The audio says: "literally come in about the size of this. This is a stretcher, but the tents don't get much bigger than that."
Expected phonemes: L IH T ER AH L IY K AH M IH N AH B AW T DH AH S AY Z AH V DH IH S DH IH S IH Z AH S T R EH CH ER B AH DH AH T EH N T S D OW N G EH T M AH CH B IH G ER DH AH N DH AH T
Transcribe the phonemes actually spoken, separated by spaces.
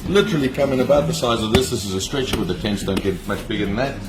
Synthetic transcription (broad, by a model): L IH T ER L IY K AH M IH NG AH B AW T DH AH S AY Z AH V DH IH S DH IH S IH Z AH S T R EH CH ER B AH DH AH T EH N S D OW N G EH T M AH CH B IH G ER DH AH N DH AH T